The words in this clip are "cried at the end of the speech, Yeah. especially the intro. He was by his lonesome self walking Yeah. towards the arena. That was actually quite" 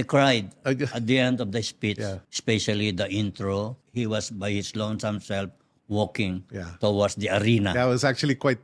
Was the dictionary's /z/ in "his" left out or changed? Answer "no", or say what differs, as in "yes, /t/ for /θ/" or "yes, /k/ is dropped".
yes, /s/ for /z/